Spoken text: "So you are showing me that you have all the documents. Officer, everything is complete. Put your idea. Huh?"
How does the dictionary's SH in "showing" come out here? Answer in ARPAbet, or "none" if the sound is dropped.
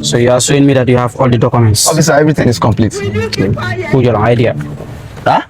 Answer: S